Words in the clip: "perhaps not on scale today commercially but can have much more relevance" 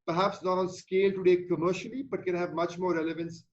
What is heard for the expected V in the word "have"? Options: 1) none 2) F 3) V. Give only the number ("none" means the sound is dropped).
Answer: 3